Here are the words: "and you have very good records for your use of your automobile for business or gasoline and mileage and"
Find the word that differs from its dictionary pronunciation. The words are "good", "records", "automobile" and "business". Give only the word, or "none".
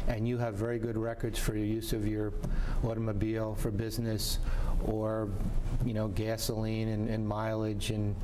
none